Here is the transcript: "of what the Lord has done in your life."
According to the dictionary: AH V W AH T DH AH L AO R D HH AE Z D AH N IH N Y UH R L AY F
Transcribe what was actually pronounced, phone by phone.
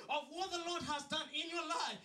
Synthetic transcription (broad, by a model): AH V W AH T DH AH L AO R D HH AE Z D AH N IH N Y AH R L AY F